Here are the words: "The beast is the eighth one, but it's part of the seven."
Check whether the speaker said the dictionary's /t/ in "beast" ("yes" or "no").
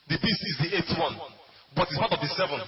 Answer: no